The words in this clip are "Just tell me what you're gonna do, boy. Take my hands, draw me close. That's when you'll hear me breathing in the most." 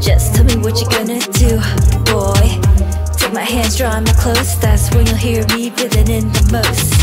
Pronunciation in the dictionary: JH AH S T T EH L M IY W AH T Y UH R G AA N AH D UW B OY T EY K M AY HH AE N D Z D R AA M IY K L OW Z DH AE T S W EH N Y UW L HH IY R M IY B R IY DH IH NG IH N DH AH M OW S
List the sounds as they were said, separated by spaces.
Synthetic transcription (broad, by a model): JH AH S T T EH L M IY W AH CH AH R G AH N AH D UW B OY T EY K M AY HH AE N D Z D R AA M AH K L OW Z DH AE T S W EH N Y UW L HH IY R M IY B IH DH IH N IH N DH AH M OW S